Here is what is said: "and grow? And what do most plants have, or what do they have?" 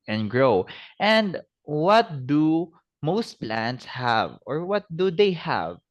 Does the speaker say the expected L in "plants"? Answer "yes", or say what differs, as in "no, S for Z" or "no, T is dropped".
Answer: yes